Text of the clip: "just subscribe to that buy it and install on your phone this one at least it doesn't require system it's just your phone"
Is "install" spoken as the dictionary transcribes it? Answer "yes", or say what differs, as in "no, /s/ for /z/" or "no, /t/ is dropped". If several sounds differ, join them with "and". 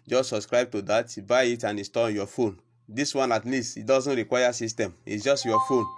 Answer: no, /n/ is dropped